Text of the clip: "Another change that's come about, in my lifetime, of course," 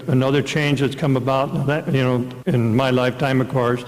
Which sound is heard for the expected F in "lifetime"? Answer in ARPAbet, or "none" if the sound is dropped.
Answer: F